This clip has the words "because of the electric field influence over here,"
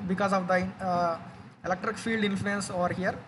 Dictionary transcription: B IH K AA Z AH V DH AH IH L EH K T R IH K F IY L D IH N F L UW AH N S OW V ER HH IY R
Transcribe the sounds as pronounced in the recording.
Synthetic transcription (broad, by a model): B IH K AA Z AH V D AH IH L EH K T R IH K F IY L D IH N F L UW AH N S OW V ER HH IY R